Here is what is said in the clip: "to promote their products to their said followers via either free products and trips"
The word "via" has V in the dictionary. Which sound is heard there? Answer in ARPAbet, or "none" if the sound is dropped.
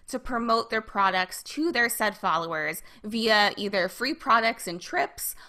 V